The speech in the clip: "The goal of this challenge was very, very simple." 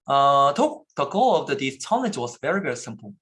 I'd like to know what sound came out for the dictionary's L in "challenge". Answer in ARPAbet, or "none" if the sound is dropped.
N